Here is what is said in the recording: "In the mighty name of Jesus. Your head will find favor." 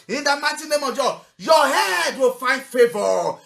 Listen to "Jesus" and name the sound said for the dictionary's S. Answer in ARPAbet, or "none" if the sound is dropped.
none